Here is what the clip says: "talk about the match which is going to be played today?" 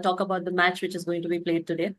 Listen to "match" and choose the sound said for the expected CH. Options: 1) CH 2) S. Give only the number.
1